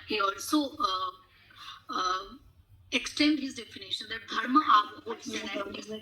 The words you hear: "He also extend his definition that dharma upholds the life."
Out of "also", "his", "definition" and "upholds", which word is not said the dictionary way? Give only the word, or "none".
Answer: upholds